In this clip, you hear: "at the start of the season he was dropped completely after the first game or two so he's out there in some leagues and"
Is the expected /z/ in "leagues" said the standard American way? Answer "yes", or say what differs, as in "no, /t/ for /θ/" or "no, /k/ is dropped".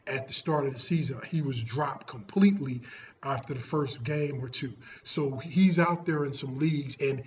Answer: yes